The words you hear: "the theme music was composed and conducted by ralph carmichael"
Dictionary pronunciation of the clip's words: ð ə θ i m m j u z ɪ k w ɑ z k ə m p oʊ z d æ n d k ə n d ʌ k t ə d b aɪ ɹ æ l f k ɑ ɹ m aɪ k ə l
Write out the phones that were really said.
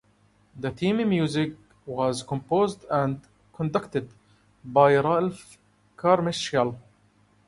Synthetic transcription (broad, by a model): ð ə t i m m j u z ɪ k w ɑ z k ə m p oʊ z d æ n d k ə n d ʌ k t ə d b aɪ ɹ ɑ l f k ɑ ɹ m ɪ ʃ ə l